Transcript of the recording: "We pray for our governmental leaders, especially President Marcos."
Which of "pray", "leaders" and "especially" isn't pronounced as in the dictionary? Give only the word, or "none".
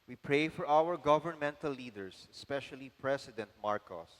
leaders